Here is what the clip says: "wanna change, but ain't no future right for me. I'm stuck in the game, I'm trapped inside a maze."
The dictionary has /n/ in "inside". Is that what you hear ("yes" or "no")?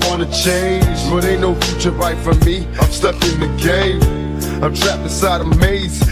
no